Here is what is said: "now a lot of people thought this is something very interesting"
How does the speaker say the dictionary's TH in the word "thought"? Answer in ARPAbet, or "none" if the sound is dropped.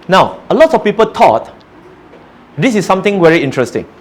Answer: T